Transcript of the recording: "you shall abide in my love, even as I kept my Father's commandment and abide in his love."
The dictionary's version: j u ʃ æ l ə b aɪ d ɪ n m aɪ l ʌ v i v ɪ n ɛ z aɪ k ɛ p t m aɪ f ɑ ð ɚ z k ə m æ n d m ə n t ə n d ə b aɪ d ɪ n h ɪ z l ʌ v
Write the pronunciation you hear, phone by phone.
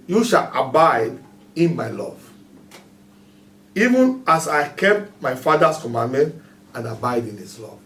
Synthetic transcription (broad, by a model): j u ʃ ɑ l ə b aɪ d ɪ n m aɪ l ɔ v i v ɪ n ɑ s aɪ k ɛ p t m aɪ f ɑ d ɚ s k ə m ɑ n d m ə n t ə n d ə b aɪ d ɪ n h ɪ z l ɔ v